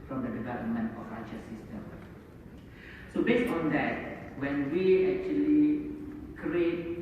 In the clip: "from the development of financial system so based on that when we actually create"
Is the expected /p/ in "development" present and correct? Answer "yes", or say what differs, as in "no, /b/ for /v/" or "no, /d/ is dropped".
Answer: no, /p/ is dropped